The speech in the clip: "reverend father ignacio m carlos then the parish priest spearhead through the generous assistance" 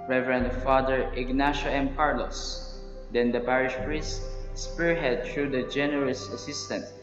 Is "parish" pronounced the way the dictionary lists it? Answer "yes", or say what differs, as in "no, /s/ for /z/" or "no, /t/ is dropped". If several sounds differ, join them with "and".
yes